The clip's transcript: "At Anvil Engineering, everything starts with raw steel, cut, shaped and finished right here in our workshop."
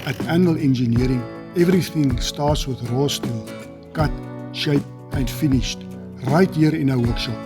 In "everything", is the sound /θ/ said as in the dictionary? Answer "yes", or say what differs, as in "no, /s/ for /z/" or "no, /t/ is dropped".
yes